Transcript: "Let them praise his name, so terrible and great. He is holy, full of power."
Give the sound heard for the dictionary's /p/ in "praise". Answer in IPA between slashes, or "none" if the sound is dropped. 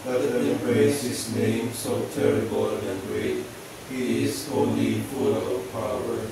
/b/